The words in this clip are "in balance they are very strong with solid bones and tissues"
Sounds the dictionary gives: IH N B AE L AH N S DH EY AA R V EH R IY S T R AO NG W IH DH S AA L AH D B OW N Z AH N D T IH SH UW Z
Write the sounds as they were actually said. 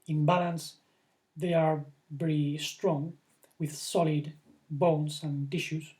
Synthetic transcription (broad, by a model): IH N B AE L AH N S DH EY AA R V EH R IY S T R AO NG W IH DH S AA L AH D B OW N S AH N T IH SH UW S